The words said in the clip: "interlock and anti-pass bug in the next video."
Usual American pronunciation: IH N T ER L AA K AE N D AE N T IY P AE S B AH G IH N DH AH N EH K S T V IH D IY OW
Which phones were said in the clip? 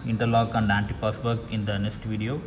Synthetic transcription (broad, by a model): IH N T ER L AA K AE N D AE N T IY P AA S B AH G IH N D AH N EH K S T V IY D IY OW